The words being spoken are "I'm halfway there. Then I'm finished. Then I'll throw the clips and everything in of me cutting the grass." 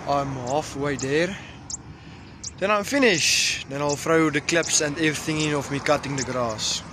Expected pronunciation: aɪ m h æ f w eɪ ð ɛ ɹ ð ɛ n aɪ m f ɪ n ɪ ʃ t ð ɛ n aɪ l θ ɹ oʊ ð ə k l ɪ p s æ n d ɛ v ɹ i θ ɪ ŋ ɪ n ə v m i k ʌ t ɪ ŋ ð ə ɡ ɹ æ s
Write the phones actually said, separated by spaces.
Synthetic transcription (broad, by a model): aɪ m h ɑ f w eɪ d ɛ ɹ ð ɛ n aɪ m f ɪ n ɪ ʃ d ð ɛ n aɪ l f ɹ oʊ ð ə k l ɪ p s æ n d ɛ v ɹ i θ ɪ ŋ ɪ n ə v m i k ʌ t ɪ ŋ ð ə ɡ ɹ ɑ s